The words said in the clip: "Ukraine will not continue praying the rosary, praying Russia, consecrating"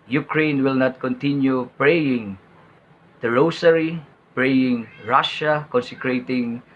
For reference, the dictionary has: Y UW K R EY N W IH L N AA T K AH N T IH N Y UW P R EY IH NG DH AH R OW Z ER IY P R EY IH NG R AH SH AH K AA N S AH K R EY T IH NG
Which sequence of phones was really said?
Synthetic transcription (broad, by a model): Y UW K R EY N W IH L N AA T K AH N T IH N Y UW P R EY IH NG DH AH R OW S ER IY P R EY IH NG R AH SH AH K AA N S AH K R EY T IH NG